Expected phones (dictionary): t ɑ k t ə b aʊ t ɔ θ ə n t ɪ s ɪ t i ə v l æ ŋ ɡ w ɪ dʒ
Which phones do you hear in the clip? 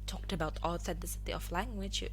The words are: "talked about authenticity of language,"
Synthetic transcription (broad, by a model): t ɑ k t ə b aʊ t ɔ s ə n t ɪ s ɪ t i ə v l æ ŋ ɡ w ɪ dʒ